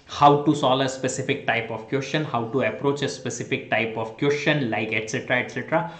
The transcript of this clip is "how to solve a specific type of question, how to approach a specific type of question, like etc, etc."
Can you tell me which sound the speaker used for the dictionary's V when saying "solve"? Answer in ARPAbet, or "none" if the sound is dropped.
none